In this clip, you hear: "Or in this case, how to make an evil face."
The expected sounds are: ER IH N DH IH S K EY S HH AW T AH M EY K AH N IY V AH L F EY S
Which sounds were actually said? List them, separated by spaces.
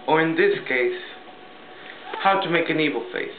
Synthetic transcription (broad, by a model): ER IH N DH IH S K EY S HH AW T AH M EY K AH N IY V AH L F EY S